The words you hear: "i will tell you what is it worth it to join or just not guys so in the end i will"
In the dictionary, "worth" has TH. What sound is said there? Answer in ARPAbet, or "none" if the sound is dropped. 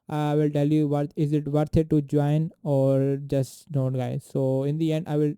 T